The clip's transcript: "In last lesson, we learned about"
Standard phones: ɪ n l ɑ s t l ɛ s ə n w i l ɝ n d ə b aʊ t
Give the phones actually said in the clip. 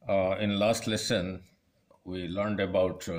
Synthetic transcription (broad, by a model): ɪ n l ɑ s t l ɛ s ə n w i l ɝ n d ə b aʊ t